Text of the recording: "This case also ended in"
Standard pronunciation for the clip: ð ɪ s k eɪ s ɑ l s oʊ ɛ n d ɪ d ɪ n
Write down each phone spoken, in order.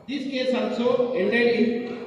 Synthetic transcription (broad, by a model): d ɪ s k eɪ s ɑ n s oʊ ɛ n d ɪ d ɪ